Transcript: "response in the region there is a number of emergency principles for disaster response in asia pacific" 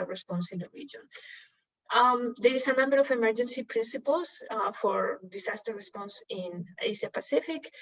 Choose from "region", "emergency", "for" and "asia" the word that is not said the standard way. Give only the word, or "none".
asia